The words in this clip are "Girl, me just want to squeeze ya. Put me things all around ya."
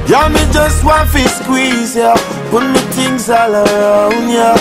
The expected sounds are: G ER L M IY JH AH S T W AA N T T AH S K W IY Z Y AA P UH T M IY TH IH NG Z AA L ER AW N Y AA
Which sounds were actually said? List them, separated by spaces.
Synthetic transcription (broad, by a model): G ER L M IY JH AH S T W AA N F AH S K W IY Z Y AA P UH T M IY T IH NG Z AA L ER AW N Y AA